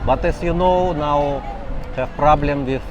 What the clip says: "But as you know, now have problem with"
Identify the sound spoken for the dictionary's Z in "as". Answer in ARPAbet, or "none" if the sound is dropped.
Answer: S